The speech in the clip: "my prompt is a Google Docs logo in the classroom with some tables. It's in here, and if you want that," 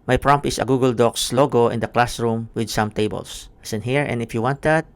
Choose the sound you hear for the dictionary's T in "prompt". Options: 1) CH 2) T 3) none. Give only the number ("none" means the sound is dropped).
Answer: 3